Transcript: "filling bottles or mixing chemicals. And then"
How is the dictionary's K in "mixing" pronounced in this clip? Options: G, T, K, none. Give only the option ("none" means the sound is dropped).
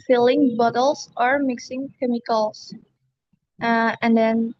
K